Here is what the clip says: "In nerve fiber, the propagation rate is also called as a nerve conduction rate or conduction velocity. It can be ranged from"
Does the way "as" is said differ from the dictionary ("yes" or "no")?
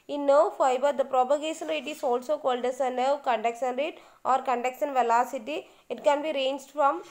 yes